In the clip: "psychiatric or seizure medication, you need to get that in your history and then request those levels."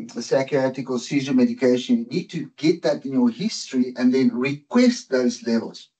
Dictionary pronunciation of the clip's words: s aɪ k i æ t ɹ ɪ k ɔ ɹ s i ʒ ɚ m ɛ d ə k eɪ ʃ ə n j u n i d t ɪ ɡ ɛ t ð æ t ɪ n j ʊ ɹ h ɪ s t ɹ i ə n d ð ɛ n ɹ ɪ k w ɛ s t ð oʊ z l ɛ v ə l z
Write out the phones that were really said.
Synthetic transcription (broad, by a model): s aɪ k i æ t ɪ k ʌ l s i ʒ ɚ m ɛ d ə k eɪ ʃ ə n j n i d t ɪ ɡ ɛ t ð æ t ɪ n j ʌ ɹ h ɪ s t ɹ i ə n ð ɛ n ɹ ɪ k w ɛ s t ð oʊ z l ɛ v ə l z